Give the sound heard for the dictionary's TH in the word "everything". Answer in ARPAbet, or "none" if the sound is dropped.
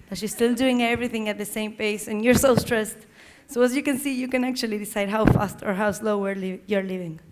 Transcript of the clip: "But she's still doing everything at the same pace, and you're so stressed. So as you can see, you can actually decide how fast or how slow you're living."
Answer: TH